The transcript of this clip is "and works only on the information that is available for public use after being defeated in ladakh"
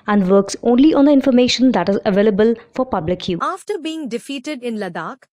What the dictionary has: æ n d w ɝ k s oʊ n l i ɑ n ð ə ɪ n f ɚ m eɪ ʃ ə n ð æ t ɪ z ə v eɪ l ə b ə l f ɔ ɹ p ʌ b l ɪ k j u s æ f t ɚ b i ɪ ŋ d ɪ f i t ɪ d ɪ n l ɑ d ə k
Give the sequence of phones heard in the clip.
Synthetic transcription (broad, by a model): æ n d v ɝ k s oʊ n l i ɑ n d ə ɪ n f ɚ m eɪ ʃ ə n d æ t ɪ z ə v eɪ l ə b ə l f ɔ ɹ p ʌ b l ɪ k j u ɑ f t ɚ b i ɪ ŋ d ɪ f i t ɪ d ɪ n l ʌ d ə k